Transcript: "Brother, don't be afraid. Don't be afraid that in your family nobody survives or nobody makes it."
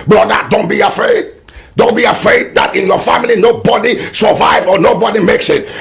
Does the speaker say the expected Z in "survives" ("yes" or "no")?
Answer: no